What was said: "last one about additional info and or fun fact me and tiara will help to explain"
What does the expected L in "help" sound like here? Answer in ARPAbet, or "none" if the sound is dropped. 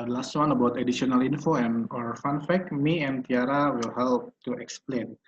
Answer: L